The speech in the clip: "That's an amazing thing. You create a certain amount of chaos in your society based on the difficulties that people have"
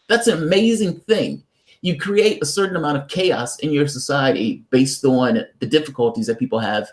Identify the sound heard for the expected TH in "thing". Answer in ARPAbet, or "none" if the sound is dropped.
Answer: TH